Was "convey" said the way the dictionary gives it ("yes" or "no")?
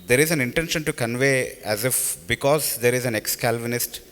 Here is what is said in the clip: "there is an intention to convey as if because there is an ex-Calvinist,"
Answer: yes